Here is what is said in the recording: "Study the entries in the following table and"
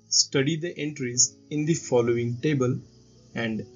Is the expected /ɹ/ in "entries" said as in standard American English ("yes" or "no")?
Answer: yes